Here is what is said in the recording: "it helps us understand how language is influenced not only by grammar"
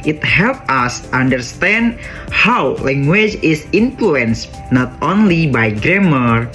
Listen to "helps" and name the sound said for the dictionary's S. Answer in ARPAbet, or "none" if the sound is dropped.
none